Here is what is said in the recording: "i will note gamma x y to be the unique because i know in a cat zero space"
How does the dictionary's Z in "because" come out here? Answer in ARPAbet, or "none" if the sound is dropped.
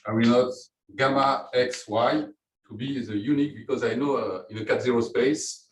Z